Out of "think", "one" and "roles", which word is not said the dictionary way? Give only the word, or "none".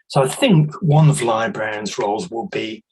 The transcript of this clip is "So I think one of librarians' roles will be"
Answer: none